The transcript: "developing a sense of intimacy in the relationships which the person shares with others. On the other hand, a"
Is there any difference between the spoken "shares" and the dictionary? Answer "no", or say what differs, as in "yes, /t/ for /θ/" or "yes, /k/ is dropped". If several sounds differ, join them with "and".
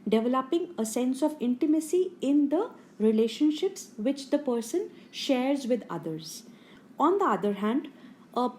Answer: no